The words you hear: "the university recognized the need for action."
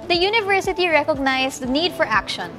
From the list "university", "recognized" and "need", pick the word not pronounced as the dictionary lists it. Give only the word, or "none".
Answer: recognized